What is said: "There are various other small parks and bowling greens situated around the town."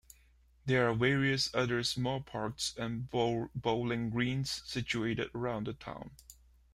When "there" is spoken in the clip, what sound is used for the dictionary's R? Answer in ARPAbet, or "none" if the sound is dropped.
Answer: R